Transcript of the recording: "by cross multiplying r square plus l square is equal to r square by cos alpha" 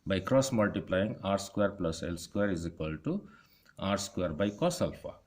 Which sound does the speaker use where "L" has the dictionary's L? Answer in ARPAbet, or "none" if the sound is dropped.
L